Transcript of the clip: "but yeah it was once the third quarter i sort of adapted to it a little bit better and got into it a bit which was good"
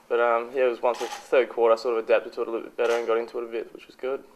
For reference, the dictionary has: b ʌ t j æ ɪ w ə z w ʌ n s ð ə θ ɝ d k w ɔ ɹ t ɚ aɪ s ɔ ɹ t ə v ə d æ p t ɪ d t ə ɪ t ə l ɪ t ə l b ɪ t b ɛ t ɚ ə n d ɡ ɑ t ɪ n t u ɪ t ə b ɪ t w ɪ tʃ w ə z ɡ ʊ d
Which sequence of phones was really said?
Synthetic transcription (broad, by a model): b ʌ t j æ ɪ w ə z w ʌ n s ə θ ɝ d k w ɔ ɹ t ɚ aɪ s ɔ ɹ t ə v ə d æ p t ɪ d t ə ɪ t ə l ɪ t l b ɪ t b ɛ t ɚ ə n ɡ ɑ t ɪ n t u ɪ t ə b ɪ t w ɪ tʃ w ə z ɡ ʊ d